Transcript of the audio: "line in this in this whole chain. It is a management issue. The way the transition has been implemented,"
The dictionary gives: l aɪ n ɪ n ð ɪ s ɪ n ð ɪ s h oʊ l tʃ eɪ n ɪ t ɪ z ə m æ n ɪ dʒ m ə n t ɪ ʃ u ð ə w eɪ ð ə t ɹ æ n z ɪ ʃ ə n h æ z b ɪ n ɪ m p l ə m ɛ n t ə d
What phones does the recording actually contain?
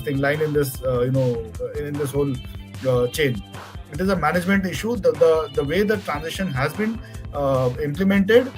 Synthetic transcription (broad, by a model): l aɪ n ɪ n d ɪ s ɪ n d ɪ s h oʊ l tʃ eɪ n ɪ t ɪ z ə m æ n ɪ dʒ m ə n t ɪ ʃ u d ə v eɪ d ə t ɹ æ n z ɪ ʃ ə n h æ z b ɪ n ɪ m p l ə m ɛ n t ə d